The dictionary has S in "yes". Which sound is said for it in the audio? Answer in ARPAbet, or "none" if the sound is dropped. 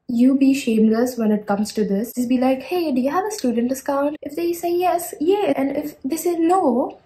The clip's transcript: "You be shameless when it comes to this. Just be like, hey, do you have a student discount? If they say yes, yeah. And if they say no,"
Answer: S